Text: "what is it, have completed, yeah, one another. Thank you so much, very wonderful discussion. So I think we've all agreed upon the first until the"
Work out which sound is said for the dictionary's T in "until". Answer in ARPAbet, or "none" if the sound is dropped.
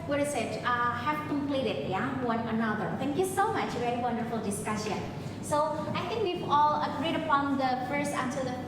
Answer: S